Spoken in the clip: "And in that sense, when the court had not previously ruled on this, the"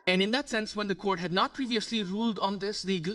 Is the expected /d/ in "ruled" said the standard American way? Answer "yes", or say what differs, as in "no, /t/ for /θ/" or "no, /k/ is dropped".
yes